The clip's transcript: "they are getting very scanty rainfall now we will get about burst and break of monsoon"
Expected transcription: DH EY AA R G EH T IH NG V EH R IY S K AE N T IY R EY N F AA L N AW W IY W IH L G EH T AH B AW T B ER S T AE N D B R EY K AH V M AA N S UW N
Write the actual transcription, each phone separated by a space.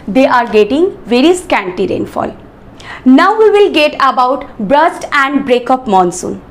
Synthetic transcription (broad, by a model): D EY AA R G EH T IH NG V EH R IY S K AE N T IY R EY N F AA L N AW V IY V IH L G EH T AH B AW T B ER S T AE N D B R EY K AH P M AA N S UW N